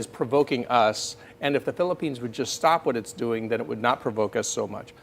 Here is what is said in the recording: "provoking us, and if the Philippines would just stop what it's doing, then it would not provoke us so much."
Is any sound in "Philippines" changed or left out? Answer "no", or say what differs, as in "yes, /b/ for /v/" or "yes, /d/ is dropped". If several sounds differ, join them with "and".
no